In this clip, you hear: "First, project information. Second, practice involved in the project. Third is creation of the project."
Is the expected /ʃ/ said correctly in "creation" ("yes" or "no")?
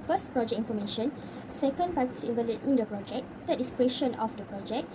yes